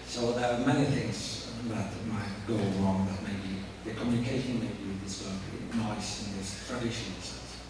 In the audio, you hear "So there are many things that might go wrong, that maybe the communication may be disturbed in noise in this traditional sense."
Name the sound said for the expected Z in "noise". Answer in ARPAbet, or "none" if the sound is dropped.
S